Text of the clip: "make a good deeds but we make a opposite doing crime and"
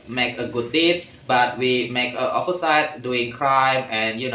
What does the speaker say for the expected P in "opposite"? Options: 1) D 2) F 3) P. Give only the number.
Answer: 2